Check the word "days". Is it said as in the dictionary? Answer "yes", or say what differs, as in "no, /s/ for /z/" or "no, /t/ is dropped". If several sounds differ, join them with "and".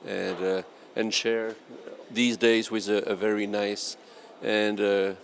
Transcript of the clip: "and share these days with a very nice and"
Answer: yes